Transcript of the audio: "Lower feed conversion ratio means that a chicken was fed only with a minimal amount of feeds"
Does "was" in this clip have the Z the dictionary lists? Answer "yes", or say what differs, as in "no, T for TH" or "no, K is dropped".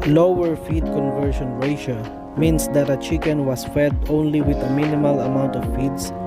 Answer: no, S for Z